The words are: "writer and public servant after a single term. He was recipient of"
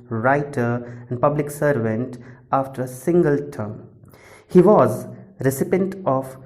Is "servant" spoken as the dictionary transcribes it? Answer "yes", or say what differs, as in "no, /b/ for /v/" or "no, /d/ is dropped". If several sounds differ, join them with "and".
yes